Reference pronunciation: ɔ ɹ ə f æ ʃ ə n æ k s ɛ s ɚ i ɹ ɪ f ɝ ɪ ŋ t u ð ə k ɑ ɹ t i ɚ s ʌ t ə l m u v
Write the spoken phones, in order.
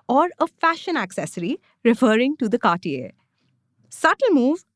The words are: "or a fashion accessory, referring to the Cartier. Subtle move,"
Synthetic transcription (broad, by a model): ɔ ɹ ə f æ ʃ ə n æ k s ɛ s ɚ i ɹ ɪ f ɝ ɪ ŋ t u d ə k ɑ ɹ t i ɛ s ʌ t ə l m u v